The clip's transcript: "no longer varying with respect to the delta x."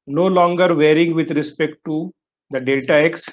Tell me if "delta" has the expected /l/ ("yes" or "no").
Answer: no